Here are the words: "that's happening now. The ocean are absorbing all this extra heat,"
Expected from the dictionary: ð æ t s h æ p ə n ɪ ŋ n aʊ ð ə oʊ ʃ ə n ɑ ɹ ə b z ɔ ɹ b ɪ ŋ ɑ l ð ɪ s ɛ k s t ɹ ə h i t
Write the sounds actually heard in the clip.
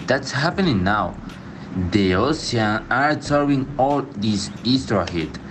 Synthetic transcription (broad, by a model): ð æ t s h æ p ə n ɪ ŋ n aʊ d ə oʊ s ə ɑ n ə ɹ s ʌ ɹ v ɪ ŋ ɑ l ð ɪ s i s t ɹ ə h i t